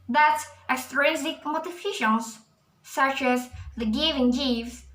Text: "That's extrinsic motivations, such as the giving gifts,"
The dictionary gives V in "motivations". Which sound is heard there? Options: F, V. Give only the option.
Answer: F